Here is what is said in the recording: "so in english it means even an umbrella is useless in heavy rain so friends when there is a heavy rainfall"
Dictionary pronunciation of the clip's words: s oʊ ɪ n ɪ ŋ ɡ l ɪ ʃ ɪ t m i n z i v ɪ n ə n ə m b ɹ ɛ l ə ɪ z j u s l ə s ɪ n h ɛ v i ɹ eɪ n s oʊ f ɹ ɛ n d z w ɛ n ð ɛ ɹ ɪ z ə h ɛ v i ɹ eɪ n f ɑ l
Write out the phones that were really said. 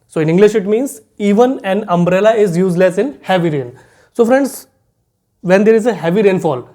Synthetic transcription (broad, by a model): s oʊ ɪ n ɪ ŋ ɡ l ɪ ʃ ɪ t m i n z i v ɪ n ə n ə m b ɹ ɛ l ə ɪ z j u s l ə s ɪ n h ɛ v i ɹ eɪ n s oʊ f ɹ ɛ n d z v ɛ n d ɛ ɹ ɪ z ə h ɛ v i ɹ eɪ n f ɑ l